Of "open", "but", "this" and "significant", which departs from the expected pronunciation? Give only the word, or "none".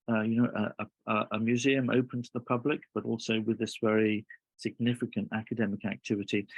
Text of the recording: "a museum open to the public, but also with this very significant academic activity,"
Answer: none